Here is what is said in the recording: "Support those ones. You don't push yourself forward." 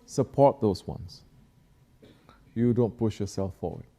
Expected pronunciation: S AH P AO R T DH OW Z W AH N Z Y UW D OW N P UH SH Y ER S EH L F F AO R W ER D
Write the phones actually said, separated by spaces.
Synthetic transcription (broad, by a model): S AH P AO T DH OW S W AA N S Y UW D OW N P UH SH Y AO S EH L F F AO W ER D